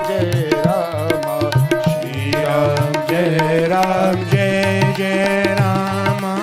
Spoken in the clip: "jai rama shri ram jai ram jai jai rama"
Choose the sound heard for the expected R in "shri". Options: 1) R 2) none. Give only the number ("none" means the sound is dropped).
2